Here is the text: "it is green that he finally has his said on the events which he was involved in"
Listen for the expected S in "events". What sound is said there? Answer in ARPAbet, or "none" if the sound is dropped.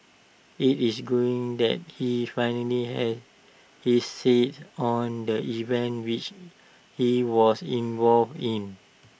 none